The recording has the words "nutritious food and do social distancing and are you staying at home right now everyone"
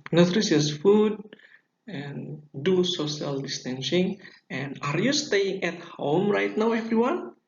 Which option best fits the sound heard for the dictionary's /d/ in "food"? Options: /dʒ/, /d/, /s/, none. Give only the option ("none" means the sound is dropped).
/d/